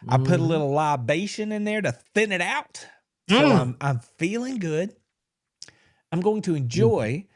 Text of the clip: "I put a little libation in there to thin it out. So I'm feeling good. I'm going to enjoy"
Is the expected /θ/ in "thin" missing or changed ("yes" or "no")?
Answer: no